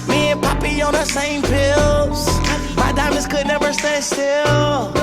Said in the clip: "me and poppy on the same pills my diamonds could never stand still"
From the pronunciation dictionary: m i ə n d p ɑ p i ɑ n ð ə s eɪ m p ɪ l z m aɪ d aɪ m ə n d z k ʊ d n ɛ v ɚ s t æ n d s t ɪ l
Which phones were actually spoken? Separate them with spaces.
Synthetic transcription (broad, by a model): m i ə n p ɑ p i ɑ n ð ə s eɪ m p ɪ l z m aɪ d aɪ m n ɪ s k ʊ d n ɛ v ɚ s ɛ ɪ s t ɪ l